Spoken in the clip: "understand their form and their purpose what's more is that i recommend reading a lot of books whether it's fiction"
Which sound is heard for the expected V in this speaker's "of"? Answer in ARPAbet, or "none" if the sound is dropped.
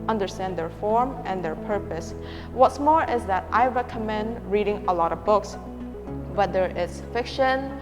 V